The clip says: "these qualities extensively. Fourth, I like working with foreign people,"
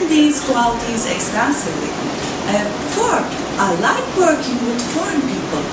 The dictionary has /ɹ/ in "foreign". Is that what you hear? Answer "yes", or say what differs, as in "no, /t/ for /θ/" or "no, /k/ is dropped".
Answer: yes